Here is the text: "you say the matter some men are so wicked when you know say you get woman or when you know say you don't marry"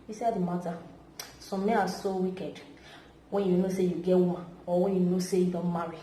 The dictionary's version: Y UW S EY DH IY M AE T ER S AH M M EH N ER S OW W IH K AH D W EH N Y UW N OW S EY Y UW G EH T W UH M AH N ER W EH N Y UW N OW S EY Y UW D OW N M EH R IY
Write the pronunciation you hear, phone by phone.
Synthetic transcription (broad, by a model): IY S EY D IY M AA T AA S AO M M EH N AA S OW W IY K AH D W EH N Y UW N OW S EY Y UW G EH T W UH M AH AO W EH N Y UW N OW S EY Y UW D OW N M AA R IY